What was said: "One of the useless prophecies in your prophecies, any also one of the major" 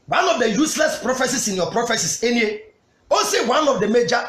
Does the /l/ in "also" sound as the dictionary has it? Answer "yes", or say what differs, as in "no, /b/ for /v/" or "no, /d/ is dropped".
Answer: no, /l/ is dropped